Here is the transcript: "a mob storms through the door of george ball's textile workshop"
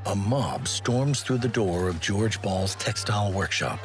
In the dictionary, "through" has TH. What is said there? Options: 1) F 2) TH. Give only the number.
2